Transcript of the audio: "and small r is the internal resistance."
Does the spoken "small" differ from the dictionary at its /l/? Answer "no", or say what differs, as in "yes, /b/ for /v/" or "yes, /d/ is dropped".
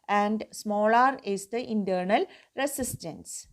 no